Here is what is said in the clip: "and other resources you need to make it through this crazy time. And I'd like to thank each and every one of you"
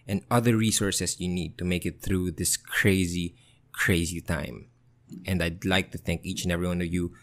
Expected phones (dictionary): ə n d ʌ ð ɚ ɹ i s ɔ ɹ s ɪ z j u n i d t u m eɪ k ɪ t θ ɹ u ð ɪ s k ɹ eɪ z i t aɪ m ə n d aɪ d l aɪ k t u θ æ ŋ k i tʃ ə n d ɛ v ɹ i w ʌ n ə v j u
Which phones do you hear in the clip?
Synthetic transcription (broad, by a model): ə n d ʌ ð ɚ ɹ i s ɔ ɹ s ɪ s j u n i d t u m eɪ k ɪ t θ ɹ u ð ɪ s k ɹ eɪ z i t aɪ m ə n d aɪ d l aɪ k t u θ æ ŋ k i tʃ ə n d ɛ v ɹ i w ʌ n ə v j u